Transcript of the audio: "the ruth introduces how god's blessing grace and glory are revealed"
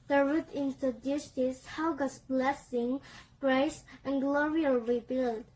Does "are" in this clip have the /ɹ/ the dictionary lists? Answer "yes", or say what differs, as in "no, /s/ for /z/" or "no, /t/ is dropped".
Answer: no, /l/ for /ɹ/